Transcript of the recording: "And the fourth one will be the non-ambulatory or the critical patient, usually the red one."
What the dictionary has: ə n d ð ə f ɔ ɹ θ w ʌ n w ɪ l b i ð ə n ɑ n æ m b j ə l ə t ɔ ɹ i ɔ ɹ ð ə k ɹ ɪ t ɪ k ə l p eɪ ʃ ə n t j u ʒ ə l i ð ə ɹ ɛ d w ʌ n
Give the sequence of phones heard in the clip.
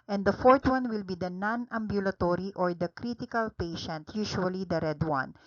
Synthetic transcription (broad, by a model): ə n d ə f ɔ ɹ t w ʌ n w ɪ l b i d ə n ɑ n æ m b j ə l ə t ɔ ɹ i ɔ ɹ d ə k ɹ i t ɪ k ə l p eɪ ʃ ə n t j u ʃ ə l i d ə ɹ ɛ d w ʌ n